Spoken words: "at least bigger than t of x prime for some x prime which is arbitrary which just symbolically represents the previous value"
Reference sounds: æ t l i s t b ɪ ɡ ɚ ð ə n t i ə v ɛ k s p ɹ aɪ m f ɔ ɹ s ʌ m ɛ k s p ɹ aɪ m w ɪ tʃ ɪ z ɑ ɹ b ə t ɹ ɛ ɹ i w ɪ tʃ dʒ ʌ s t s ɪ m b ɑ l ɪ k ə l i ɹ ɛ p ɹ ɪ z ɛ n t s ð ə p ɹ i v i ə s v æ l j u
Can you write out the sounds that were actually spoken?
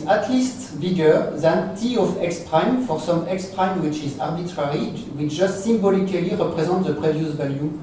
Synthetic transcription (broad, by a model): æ t l i s t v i ɡ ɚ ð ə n t i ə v ɛ k s p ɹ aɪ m f ɔ ɹ s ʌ m ɛ k s p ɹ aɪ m w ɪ tʃ ɪ z ɑ ɹ b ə t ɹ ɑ ɹ i w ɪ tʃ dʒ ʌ s t s ɪ m b ɑ l ɪ k ə l i ɹ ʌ p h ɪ z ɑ t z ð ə p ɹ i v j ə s v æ l j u